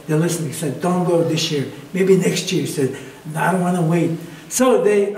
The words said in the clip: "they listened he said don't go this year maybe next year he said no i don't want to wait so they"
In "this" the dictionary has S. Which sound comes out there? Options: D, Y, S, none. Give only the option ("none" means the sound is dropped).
S